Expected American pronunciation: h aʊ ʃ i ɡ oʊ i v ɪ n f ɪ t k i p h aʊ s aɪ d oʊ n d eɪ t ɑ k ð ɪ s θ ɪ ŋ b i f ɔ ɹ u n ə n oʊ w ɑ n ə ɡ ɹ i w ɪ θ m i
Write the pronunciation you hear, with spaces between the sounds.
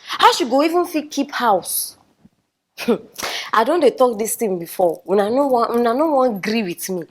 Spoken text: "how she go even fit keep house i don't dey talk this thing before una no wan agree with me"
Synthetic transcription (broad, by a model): h aʊ ʃ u ɡ oʊ i v ɪ n f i k i p h aʊ s aɪ d oʊ n d eɪ t ɑ k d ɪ s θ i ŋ b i f ɔ w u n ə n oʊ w ɑ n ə ɡ ɹ i w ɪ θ m i